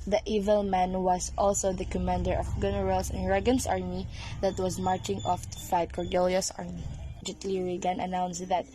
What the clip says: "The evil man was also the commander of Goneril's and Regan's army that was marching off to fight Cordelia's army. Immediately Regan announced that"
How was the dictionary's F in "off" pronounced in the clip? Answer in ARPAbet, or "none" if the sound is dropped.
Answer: F